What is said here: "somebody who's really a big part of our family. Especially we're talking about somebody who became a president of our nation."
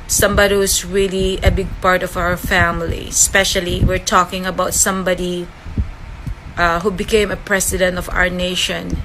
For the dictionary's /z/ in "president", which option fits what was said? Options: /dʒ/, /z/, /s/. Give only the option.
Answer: /s/